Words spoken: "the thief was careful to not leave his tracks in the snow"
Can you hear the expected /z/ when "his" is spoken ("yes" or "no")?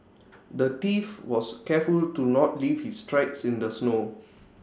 no